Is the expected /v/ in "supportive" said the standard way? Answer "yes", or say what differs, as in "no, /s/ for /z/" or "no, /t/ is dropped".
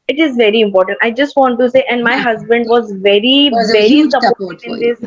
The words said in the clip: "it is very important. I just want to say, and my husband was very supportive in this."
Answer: no, /v/ is dropped